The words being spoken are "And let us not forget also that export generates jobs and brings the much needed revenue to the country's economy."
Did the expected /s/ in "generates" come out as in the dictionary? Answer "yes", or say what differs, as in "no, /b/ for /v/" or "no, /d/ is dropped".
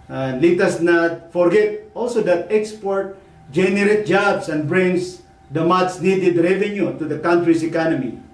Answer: no, /s/ is dropped